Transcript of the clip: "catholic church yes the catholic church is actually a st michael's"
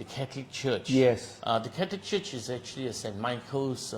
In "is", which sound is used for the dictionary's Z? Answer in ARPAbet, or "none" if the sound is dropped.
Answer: Z